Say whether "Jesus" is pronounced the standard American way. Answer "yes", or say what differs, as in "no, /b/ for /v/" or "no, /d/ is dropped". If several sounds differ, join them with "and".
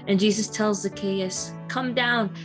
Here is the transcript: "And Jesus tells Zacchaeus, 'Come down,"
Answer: yes